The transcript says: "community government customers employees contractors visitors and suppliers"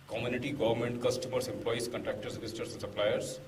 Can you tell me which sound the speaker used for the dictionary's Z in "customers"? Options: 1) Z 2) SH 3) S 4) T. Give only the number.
3